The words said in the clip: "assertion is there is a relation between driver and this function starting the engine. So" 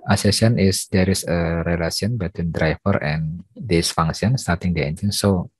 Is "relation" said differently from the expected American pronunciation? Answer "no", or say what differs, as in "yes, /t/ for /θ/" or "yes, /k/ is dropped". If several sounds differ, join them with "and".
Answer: yes, /s/ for /ʃ/